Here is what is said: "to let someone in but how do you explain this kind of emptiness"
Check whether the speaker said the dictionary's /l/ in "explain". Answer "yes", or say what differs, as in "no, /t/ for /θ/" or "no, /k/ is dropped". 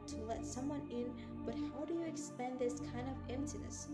no, /l/ is dropped